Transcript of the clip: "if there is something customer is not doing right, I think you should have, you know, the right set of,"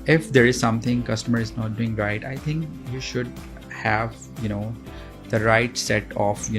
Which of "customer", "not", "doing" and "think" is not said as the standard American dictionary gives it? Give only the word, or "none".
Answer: think